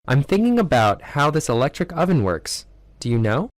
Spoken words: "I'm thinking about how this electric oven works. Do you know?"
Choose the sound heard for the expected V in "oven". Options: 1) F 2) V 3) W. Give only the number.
2